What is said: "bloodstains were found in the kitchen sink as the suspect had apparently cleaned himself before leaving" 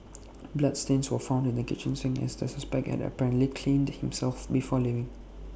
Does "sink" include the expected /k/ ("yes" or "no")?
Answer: no